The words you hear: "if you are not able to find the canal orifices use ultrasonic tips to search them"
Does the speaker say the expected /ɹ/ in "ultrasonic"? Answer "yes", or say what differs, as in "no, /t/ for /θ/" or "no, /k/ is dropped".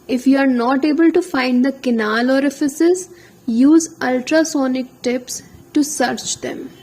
yes